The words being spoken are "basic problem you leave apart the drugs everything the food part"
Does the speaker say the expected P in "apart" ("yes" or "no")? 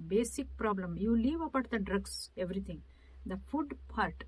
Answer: no